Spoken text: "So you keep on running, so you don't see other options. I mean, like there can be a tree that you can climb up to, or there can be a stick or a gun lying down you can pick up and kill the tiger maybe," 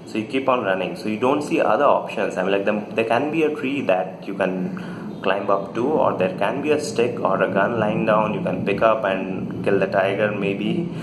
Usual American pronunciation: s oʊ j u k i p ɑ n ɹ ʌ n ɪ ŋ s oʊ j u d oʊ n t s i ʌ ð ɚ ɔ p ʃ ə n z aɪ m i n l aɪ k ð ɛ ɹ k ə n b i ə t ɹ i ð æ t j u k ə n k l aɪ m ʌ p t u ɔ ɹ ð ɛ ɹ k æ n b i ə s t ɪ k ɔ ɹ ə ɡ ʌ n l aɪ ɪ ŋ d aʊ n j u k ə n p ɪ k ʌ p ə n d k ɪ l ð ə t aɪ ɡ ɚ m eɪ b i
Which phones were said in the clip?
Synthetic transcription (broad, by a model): s oʊ j u k i p ɑ n ɹ ʌ n ɪ ŋ s oʊ j u d oʊ n t s i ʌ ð ɚ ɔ p ʃ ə n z aɪ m l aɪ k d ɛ ɹ k ə n b i ə t ɹ i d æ t j u k ə n k l aɪ m ʌ p t u ɔ ɹ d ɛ ɹ k æ n b i ə s t ɪ k ɔ ɹ ə ɡ ʌ n l aɪ ɪ ŋ d aʊ n j u k ə n p ɪ k ʌ p ə n d k ɪ l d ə t aɪ ɡ ɚ m eɪ b i